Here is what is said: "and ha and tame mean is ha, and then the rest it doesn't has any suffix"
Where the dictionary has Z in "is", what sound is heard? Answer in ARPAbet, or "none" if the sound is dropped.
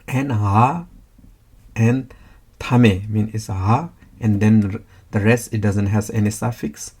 S